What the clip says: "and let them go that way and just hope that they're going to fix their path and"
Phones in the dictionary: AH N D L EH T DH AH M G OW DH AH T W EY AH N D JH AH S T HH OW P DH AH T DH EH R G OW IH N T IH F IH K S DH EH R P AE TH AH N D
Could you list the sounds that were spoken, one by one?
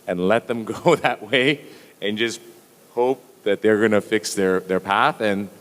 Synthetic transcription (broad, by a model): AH N L EH T DH AH M G OW DH AH T W EY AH N JH AH S T HH OW P DH AH T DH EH R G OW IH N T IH F IH K S DH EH R P AE TH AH N